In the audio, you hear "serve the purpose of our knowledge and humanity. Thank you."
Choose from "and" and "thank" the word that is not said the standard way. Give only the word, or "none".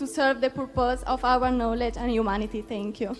thank